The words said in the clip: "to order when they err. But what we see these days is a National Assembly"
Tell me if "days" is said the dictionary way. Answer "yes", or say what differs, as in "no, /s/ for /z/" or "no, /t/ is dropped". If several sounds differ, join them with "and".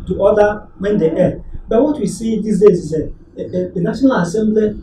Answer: no, /s/ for /z/